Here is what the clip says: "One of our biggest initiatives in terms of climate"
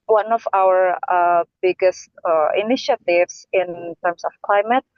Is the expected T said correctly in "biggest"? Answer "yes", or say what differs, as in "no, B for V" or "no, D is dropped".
yes